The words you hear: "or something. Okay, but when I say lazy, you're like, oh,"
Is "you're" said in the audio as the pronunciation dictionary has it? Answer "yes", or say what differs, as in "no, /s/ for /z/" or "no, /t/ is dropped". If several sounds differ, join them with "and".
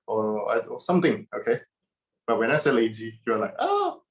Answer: no, /w/ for /ɹ/